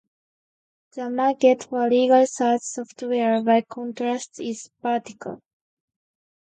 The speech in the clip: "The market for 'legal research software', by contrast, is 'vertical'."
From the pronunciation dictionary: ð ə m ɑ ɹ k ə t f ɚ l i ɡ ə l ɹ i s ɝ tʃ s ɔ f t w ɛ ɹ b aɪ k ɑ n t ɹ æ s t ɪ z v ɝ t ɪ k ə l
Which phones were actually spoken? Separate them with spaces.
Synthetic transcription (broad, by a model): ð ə m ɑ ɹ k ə t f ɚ l i ɡ ə l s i ɪ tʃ s ɔ f t w ɛ ɹ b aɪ k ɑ n t ɹ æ s t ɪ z p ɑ t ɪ k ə l